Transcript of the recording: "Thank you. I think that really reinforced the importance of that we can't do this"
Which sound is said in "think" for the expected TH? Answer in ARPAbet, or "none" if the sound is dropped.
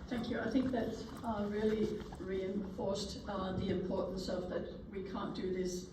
TH